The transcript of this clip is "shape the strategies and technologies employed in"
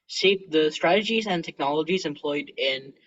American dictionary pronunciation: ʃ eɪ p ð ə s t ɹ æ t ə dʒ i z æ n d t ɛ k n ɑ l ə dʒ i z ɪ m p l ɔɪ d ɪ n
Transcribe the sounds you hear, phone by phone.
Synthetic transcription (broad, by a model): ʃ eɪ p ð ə s t ɹ æ t ə dʒ i z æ n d t ɛ k n ɑ l ə dʒ i z ɪ m p l ɔɪ d ɪ n